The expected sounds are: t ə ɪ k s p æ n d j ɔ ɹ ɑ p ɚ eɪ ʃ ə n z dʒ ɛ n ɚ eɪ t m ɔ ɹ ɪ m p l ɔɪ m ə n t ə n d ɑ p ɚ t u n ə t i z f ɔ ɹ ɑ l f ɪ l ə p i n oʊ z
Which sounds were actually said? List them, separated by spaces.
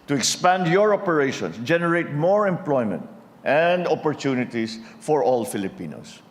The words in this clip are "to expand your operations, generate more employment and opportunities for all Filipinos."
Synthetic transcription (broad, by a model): t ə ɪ k s p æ n d j ɔ ɹ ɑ p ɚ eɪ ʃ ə n s dʒ ɛ n ɚ eɪ t m ɔ ɹ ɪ m p l ɔɪ m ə n t ə n d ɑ p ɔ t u n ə t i s f ɔ ɹ ɑ l f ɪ l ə p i n oʊ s